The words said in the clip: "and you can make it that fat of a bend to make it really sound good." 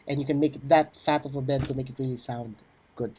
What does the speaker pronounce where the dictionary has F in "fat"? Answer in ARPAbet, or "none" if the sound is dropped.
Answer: F